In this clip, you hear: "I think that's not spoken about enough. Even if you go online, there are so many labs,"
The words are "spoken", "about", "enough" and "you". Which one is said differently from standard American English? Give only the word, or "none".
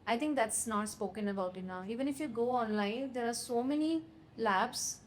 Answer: enough